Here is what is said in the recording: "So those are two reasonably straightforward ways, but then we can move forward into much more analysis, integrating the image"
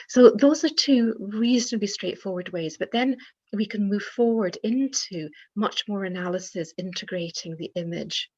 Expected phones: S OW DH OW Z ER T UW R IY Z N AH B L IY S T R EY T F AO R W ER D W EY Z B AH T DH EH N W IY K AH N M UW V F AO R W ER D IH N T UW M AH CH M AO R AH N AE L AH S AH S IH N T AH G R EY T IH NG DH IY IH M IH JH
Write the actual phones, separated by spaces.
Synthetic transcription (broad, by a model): S OW DH OW Z ER T UW R IY Z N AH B IY S T R EY T F AO R W ER D W EY Z B AH T DH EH N W IY K AH N M UW V F AO R W ER D IH N T UW M AH CH M AO R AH N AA L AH S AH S IH N T AH G R EY T IH NG DH IY IH M IH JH